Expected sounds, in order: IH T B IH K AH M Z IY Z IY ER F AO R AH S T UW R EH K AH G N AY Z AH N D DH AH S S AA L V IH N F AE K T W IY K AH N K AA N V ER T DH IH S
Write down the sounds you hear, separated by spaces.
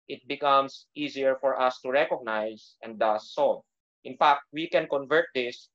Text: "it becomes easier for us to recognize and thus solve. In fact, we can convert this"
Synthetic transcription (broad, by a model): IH T B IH K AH M S IY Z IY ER F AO R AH S T UW R EH K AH G N AY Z AH N D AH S S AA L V IH N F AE K T W IY K AH N K AA N V ER T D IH S